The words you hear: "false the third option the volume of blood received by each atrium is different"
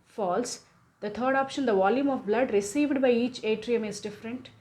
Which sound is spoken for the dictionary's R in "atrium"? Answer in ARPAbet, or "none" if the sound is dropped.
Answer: R